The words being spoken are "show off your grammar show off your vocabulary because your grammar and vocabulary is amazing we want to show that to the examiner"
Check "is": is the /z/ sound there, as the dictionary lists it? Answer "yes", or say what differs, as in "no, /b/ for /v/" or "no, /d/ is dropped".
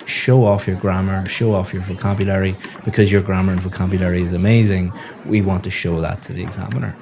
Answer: yes